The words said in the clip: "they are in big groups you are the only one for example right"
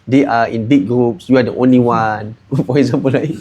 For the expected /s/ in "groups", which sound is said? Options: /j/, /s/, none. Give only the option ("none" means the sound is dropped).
/s/